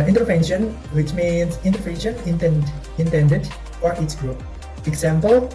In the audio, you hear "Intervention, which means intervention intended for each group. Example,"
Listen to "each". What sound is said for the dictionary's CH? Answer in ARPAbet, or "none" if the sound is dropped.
S